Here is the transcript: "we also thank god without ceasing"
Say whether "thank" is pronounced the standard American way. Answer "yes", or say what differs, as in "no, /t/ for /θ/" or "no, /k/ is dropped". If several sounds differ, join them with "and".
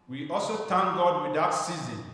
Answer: no, /t/ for /θ/